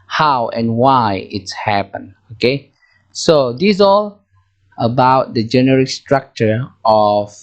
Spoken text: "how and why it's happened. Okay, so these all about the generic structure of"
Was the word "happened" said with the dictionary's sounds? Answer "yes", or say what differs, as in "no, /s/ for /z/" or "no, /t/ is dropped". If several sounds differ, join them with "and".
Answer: no, /d/ is dropped